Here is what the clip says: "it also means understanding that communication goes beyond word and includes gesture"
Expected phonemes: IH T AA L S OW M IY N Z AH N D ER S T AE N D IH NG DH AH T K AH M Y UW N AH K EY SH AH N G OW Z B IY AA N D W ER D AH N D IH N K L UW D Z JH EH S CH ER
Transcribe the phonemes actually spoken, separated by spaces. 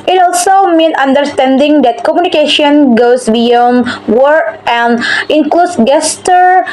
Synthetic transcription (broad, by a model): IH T AA L S OW M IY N AH N D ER S T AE N D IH NG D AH T K AH M Y UW N AH K EY SH AH N G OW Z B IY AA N W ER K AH N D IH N K L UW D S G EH S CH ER